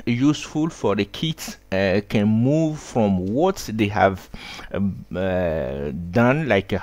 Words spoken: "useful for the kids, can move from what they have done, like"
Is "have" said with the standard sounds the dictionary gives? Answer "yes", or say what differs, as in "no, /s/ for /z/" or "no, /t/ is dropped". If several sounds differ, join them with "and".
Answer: yes